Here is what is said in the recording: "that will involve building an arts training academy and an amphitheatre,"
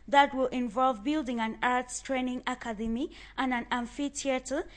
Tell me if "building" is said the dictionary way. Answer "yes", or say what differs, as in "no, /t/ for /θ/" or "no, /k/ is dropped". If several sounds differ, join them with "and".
yes